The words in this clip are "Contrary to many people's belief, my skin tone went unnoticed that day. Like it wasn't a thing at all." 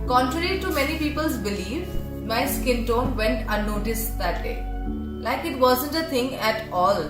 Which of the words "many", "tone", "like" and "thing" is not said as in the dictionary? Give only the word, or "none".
thing